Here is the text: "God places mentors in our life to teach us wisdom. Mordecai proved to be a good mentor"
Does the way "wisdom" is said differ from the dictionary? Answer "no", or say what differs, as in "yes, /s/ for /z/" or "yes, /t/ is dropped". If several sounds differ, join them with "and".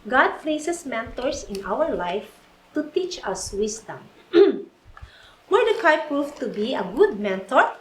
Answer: yes, /s/ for /z/